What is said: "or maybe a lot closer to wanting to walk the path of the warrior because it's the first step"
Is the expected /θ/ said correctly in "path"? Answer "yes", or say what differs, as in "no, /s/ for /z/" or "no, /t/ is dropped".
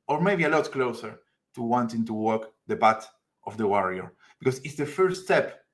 no, /t/ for /θ/